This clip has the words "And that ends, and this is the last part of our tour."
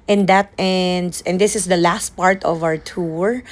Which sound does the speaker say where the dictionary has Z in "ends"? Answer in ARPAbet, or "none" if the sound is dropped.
S